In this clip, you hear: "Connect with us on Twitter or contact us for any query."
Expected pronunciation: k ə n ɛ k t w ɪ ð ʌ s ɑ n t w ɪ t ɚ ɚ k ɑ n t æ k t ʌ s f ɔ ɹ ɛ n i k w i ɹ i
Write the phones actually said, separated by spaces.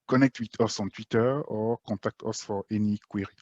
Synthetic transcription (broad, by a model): k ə n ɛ k t w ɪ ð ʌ s ɑ n t w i t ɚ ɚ k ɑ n t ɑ k t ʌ s f ɔ ɹ ɛ n i k w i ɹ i